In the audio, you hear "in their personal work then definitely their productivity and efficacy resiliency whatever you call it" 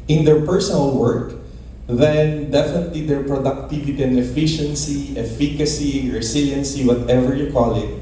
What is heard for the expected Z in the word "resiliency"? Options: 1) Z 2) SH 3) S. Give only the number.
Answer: 3